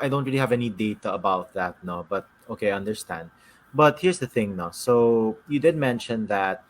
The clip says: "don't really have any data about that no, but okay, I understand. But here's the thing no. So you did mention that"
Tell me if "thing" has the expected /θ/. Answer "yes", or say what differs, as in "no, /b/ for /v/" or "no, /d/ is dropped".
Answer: yes